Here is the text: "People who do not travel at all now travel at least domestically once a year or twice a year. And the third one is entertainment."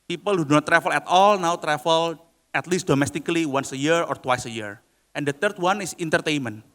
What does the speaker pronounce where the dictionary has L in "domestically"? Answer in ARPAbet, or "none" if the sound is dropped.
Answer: L